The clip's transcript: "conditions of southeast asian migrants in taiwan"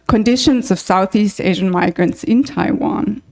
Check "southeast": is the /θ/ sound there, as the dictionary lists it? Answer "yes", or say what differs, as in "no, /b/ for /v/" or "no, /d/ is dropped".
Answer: yes